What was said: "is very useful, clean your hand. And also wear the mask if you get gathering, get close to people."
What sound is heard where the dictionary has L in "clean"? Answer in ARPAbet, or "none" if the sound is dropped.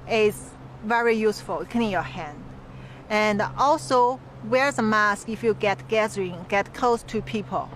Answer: N